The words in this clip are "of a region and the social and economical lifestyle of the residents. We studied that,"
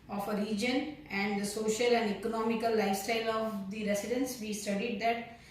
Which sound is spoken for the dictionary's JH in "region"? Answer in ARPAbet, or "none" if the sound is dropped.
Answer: JH